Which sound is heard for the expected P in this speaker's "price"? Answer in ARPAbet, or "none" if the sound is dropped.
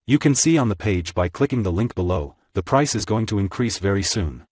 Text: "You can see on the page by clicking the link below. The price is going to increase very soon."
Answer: P